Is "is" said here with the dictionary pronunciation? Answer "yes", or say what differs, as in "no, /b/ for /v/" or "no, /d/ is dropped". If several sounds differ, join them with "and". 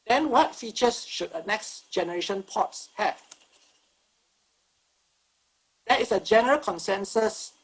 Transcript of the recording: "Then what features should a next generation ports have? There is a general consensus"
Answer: no, /s/ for /z/